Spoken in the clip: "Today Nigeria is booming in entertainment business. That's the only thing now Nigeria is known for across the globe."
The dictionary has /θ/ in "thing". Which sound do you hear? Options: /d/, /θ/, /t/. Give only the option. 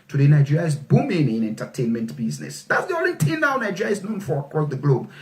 /t/